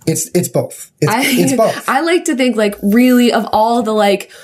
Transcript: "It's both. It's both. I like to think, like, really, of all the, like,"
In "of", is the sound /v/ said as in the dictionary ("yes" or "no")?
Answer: yes